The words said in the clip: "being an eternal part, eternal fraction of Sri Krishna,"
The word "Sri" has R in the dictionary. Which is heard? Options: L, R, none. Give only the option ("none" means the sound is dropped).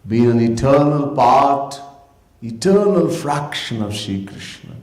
none